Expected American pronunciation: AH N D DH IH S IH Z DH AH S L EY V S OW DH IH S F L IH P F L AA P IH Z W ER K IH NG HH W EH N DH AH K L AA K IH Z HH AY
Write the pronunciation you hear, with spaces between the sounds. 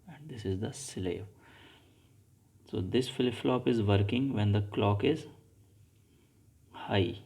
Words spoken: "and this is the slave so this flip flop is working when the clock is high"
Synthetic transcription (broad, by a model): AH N D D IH S IH Z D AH S L EY V S OW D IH S F L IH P F L AA P IH Z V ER K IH NG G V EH N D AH K L AA K IH Z HH AY